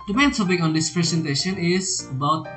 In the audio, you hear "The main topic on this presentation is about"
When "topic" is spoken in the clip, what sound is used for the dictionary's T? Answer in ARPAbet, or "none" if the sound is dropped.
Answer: S